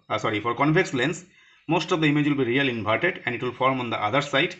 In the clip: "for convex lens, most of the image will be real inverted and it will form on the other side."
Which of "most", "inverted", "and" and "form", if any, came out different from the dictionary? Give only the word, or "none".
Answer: inverted